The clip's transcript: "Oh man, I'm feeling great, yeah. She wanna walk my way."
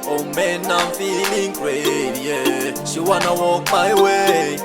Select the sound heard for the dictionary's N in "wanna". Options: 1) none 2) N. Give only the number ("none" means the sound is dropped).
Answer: 2